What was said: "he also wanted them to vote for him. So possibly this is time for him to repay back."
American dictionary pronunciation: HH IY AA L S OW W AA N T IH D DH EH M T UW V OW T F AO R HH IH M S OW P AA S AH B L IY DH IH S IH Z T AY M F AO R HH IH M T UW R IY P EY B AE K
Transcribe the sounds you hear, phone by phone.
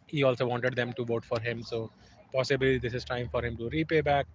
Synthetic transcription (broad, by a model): HH IY AA L S OW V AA N T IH D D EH M T UW V OW T F AO R HH IH M S OW P AA S AH B L IY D IH S IH Z T AY M F AO R HH IH M T UW R IY P EY B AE K